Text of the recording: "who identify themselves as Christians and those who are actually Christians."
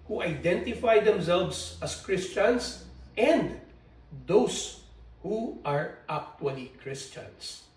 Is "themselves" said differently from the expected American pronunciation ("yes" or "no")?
yes